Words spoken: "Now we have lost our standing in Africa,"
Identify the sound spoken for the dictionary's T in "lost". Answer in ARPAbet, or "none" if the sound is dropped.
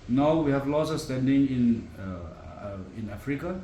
none